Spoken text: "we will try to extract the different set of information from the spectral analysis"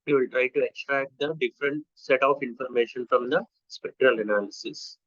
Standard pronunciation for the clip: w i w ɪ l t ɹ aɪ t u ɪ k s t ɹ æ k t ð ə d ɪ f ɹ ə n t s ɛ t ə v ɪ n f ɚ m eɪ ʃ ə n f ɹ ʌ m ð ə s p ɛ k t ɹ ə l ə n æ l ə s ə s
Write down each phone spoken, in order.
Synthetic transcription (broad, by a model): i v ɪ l t ɹ aɪ t u ɪ k s t ɹ æ k t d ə d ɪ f ɹ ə n t s ɛ t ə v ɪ n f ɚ m eɪ ʃ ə n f ɹ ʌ m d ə s p ɛ k t ɹ ə l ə n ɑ l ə s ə s